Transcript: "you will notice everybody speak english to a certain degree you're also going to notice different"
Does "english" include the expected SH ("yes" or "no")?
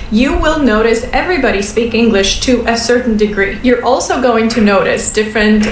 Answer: yes